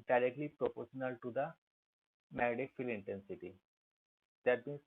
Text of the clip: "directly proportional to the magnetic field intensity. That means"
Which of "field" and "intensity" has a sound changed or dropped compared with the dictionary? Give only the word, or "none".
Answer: field